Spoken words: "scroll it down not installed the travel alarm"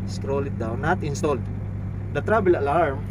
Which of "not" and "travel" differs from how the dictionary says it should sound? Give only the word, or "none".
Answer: travel